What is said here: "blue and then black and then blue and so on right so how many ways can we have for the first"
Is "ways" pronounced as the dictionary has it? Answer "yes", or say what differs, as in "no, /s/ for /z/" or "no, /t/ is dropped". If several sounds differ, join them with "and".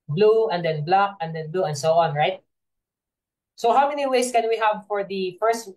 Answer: no, /s/ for /z/